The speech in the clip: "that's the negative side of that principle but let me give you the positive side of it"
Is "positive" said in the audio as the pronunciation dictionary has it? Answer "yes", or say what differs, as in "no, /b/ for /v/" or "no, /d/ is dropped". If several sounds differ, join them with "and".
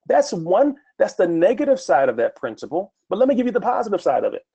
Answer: yes